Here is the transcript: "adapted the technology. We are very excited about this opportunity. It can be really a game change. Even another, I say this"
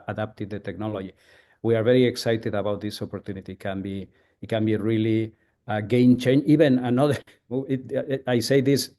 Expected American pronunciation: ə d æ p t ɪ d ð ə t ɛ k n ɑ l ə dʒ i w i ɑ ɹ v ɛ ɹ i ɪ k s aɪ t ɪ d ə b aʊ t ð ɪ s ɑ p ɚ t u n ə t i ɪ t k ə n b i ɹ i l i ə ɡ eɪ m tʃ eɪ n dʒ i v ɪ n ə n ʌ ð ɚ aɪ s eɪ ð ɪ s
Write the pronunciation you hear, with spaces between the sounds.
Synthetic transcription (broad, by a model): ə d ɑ p t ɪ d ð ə t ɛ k n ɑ l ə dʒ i w i ɑ ɹ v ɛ ɹ i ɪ k s aɪ t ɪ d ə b aʊ t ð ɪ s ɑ p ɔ t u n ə t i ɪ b k ə n b i ɹ i l i ə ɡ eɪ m tʃ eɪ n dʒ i b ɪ n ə n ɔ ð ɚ aɪ s eɪ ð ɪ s